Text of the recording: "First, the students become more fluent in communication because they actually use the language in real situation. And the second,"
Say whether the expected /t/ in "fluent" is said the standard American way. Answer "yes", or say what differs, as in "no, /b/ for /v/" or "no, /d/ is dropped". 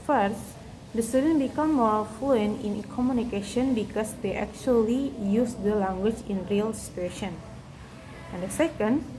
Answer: no, /t/ is dropped